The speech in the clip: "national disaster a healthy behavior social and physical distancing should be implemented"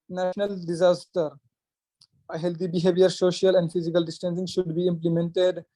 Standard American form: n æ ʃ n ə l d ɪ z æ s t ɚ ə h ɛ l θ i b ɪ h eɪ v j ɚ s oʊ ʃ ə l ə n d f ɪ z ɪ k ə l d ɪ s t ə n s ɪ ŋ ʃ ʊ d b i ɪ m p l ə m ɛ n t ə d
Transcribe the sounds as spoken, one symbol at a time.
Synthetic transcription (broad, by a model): n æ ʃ n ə l d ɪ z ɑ s t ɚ ə h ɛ l t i b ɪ h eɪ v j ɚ s oʊ ʃ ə l ə n d f ɪ z ɪ k ə l d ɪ s t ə n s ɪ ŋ ʃ ʊ d b i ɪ m p l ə m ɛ n t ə d